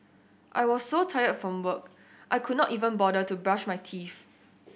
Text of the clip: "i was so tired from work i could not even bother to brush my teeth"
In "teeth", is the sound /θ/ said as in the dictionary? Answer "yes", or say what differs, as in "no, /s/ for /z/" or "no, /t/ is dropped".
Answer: no, /f/ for /θ/